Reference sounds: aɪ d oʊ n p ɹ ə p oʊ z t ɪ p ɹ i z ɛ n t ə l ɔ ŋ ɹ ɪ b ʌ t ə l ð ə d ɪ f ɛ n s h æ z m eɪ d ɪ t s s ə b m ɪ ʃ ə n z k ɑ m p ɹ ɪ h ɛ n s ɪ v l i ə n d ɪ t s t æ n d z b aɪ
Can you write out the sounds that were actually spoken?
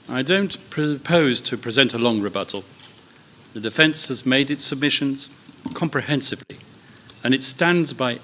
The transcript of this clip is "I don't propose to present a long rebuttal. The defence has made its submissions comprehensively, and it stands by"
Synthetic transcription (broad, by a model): aɪ d oʊ n p ɹ ə p oʊ z t ɪ p ɹ i z ɛ n t ə l ɔ ŋ ɹ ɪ b ʌ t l ð ə d ɪ f ɛ n s h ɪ z m eɪ d ɪ t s s ə b m ɪ ʃ ə n z k ɑ m p ɹ ɪ h ɛ n s ɪ v l i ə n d ɪ t s t æ n d z b aɪ